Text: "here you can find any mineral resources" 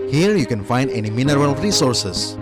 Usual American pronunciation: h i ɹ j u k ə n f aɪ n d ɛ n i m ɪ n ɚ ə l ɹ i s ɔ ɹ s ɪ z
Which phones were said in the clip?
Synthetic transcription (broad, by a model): h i ɹ j u k ə n f aɪ n d ɛ n i m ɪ n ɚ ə l ɹ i s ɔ ɹ s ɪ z